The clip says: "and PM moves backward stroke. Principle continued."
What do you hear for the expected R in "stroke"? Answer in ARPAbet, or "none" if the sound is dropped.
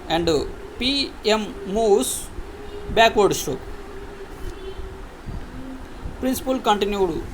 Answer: none